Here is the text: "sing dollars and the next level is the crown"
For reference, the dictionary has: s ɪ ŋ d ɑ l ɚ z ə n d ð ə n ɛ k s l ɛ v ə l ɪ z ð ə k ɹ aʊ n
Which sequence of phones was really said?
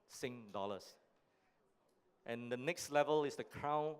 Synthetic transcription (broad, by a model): s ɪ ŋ d ɑ l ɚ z ə n d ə n ɛ k s l ɛ v ə l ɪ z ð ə k ɹ aʊ n